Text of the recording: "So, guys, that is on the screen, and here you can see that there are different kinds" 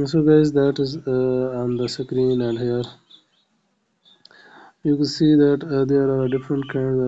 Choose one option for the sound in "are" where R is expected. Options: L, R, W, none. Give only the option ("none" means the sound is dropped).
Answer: R